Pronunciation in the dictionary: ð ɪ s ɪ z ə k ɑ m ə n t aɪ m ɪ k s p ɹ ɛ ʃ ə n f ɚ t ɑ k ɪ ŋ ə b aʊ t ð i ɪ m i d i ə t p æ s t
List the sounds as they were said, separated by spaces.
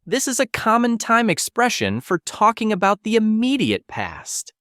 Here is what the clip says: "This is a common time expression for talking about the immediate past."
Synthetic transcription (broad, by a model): ð ɪ s ɪ z ə k ɑ m ə n t aɪ m ɪ k s p ɹ ɛ ʃ ə n f ɚ t ɑ k ɪ ŋ ə b aʊ t ð i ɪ m i d i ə t p æ s t